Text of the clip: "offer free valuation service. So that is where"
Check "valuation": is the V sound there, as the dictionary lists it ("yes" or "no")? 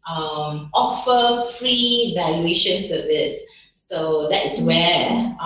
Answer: yes